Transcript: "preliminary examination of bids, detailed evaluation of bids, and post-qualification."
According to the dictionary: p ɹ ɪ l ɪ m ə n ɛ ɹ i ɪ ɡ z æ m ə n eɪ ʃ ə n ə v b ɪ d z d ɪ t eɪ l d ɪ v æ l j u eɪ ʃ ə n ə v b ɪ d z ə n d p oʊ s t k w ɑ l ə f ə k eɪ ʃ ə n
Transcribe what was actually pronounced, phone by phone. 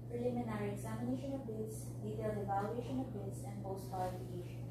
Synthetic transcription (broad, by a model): p ɹ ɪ l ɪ m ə n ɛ ɹ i ɪ ɡ z æ m ə n eɪ ʃ ə n ə v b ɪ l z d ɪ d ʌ d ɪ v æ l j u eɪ ʃ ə n ə v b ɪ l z ə n d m oʊ s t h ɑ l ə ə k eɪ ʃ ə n